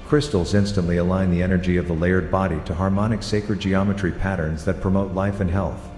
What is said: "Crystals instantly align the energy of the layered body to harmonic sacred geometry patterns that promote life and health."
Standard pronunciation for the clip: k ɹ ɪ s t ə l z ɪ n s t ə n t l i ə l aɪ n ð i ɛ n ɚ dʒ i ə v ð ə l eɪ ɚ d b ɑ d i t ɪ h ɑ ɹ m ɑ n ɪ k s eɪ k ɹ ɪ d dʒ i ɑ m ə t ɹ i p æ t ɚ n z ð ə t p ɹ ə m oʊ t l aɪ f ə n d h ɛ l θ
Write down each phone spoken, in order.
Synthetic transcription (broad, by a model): k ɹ ɪ s t l z ɪ n s t ə n t l i ə l aɪ n ð i ɛ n ɚ dʒ i ə v ð ə l eɪ ɚ d b ɑ d i t ɪ h ɑ ɹ m ɑ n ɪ k s eɪ k ɹ ɪ d dʒ i ɑ m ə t ɹ i p æ t ɚ n z ð ə t p ɹ ə m oʊ t l aɪ f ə n h ɛ l θ